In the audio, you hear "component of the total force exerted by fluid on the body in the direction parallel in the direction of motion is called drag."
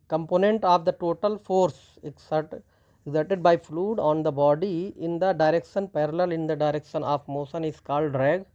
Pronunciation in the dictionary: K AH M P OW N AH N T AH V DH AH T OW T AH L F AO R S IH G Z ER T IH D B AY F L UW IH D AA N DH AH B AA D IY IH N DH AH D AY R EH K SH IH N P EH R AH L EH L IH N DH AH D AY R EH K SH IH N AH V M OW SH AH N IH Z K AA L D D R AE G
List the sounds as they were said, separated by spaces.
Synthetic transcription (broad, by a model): K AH M P OW N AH N T AH V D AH T OW T AH L F AO R S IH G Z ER T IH D B AY F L UW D AA N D AH B AA D IY IH N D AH D AY R EH K SH IH N P EH R AH L EH L IH N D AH D AY R EH K SH IH N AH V M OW S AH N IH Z K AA L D D R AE G